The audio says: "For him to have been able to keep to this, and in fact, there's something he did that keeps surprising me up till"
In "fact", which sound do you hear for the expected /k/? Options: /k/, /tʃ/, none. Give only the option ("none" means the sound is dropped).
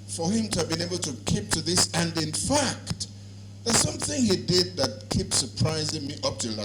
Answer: /k/